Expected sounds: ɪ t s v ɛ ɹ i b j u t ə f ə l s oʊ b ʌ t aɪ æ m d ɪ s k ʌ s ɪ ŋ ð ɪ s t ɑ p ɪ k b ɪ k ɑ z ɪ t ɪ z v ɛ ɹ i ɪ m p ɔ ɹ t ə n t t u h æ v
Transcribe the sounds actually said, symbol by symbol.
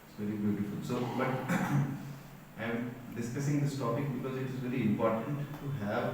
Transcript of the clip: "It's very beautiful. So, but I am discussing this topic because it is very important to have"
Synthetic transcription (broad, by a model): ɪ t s v ɛ ɹ i b j u t ə f ə l s oʊ b ʌ t aɪ m d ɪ s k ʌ s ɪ ŋ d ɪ s t ɑ p ɪ k b ɪ k ɑ z ɪ t ɪ z v ɛ ɹ i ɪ m p ɔ ɹ t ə n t t u h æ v